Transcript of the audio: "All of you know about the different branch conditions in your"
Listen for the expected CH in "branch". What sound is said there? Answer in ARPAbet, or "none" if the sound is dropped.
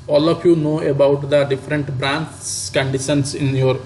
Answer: S